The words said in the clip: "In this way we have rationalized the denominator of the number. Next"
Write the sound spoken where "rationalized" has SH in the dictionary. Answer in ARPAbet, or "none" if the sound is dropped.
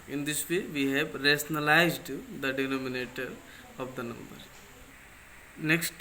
S